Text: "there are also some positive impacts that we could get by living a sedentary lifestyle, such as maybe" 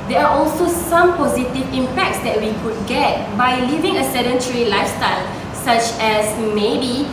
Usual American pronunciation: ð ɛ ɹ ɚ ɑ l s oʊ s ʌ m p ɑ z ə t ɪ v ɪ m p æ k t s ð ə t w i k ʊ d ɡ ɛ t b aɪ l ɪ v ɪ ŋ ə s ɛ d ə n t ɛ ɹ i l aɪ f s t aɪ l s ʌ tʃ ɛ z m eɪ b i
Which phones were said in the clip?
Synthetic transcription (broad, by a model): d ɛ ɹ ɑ ɑ l s oʊ s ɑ m p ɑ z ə t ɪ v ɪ m p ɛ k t s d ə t w i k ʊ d ɡ ɛ t b aɪ l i v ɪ ŋ ə s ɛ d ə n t ɹ i l aɪ f s t aɪ l s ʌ tʃ ɛ s m eɪ b i